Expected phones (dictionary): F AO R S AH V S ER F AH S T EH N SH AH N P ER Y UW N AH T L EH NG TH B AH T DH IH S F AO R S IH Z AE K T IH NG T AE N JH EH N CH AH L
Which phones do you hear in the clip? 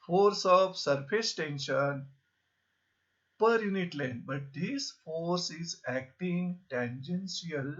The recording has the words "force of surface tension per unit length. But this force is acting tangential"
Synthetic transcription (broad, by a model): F AO R S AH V S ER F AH S T EH N SH AH N P ER Y UW N AH T L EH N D B AH T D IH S F AO R S IH Z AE K T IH NG T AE N JH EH N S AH L